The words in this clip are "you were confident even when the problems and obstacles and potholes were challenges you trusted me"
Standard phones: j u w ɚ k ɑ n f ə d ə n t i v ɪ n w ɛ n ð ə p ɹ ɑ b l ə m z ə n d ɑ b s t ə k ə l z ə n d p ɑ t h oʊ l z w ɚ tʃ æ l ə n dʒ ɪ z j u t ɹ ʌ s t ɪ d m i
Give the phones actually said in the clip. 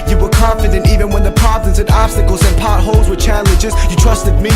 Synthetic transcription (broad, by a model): j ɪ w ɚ k ɑ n f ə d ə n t i v ɪ n w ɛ n ð ə p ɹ ɑ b ə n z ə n ɑ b s t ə k l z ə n p ɑ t h oʊ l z w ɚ tʃ æ l ə n dʒ ɪ z j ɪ t ɹ ʌ s t ɪ d m i